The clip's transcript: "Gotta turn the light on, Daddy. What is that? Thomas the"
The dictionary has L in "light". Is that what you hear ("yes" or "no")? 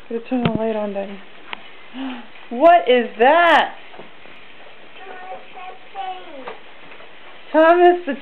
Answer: no